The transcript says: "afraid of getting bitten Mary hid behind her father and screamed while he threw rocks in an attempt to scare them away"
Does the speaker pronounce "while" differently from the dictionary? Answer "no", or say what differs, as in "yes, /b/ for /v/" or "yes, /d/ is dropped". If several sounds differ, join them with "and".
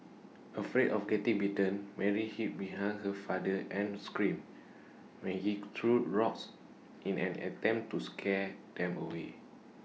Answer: yes, /n/ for /l/